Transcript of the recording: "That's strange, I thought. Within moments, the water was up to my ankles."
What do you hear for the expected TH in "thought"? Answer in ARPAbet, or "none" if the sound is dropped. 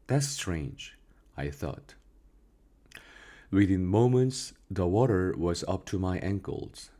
TH